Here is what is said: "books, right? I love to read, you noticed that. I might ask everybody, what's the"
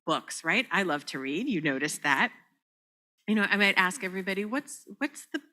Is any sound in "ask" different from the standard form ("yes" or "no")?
no